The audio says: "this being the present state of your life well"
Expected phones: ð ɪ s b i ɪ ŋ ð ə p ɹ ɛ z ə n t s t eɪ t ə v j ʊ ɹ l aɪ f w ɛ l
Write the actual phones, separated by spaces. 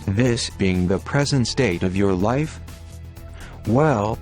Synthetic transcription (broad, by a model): ð ɪ s b i ɪ ŋ ð ə p ɹ ɛ z ə n t s t eɪ t ə v j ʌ ɹ l aɪ f w ɛ l